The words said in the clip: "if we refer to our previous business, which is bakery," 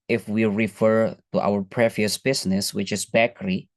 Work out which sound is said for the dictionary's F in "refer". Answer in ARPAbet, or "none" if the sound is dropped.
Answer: F